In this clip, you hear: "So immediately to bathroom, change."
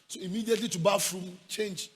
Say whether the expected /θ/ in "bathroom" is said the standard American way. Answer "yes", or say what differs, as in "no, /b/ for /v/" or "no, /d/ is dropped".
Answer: no, /f/ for /θ/